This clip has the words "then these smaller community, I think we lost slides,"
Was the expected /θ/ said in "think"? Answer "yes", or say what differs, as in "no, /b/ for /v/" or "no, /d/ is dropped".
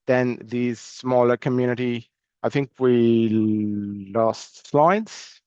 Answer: yes